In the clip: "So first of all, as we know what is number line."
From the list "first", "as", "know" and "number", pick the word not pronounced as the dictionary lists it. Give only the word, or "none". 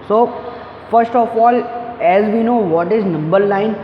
none